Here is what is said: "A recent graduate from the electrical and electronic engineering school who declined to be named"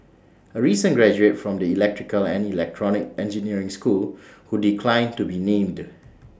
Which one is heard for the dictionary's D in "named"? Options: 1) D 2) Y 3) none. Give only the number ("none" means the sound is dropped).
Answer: 1